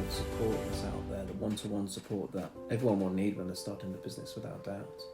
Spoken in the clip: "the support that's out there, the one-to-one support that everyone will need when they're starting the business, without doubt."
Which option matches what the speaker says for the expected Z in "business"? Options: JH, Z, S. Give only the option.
Z